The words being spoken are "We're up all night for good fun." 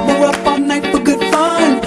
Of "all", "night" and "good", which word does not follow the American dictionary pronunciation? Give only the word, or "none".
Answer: all